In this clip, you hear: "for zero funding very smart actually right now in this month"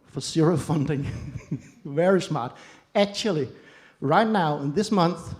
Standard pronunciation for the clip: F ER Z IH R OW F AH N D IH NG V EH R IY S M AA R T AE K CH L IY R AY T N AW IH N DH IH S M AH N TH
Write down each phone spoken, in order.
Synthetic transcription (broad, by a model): F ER S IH R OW F AH N D IH NG V EH R IY S M AA R T AE K CH L IY R AY T N AW IH N DH IH S M AH N TH